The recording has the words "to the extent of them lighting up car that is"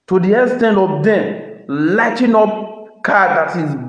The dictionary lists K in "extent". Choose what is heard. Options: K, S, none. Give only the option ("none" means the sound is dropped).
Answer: none